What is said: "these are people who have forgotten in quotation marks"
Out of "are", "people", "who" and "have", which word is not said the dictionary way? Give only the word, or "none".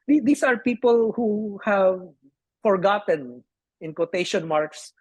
none